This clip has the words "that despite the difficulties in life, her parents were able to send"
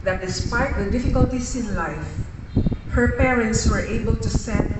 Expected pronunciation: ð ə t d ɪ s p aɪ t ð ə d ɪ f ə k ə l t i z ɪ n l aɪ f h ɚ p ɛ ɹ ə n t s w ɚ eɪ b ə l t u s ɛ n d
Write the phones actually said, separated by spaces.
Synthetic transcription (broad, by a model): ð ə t d ɪ s p aɪ t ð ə d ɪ f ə k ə l t i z ɪ n l aɪ f h ɚ p ɛ ɹ ə n t s w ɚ eɪ b ə l t u s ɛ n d